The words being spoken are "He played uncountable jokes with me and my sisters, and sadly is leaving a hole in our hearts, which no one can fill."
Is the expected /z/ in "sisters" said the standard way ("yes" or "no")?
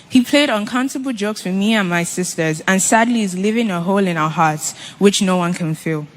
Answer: yes